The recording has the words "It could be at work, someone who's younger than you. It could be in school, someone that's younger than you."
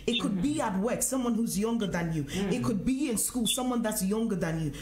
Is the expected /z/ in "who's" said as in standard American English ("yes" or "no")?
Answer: yes